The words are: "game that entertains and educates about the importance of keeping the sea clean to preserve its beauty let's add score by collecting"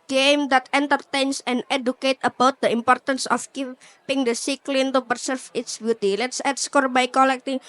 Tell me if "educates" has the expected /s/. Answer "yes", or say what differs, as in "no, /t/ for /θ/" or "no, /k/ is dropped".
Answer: no, /s/ is dropped